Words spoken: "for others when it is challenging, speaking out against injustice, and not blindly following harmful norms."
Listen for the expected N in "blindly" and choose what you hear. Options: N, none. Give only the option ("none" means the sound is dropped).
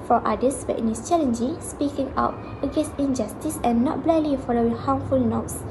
none